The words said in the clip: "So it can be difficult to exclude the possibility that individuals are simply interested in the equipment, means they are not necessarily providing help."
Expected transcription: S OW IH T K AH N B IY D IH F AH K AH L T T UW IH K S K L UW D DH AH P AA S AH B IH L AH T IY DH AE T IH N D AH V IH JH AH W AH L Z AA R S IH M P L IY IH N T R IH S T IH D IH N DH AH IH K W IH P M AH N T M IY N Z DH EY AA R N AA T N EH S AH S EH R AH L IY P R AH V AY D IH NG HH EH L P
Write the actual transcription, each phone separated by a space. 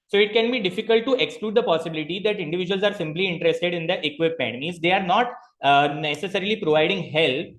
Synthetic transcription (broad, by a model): S OW IH T K AH N B IY D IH F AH K AH L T T UW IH K S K L UW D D AH P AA S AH B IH L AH T IY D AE T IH N D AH V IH JH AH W AH L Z AA R S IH M P L IY IH N T R IH S T IH D IH N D AH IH K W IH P AH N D M IY Z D EY AA R N AA T N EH S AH S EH R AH L IY P R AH V AY D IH NG HH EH L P